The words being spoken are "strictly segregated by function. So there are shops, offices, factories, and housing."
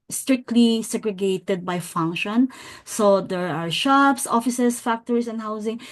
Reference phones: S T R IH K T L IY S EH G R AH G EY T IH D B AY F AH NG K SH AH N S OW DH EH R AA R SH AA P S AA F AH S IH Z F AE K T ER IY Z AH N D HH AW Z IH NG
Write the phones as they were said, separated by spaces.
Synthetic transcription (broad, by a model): S T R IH K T L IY S EH G R AH G EY T IH D B AY F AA NG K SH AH N S OW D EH R AA R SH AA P S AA F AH S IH S F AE K T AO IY S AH N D HH AW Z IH NG